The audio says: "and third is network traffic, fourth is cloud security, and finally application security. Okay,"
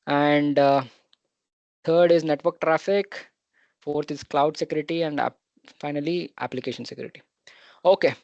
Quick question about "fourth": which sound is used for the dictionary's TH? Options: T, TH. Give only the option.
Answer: T